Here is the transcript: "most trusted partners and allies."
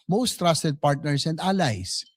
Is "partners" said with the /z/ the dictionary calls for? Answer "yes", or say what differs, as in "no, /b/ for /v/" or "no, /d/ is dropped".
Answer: no, /s/ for /z/